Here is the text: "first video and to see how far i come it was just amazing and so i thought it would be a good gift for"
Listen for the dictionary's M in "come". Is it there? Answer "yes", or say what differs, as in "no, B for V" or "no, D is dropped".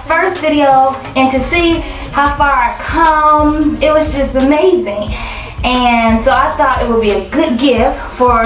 yes